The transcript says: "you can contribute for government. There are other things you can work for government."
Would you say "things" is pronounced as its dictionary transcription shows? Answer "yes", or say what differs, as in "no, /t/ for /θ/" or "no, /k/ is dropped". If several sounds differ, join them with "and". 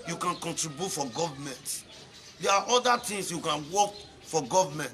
no, /t/ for /θ/ and /s/ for /z/